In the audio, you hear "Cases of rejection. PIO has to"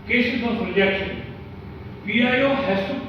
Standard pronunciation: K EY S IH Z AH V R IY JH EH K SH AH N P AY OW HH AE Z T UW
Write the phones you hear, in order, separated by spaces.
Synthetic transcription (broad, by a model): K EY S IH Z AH P R IY JH EH K SH AH N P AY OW HH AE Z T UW